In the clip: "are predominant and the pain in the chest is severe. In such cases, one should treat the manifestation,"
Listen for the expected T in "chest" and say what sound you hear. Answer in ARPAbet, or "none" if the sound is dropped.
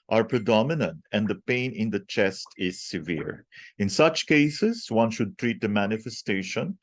T